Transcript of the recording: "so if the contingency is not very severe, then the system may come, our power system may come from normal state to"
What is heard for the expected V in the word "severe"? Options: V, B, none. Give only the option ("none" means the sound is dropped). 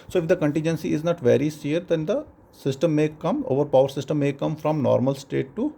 none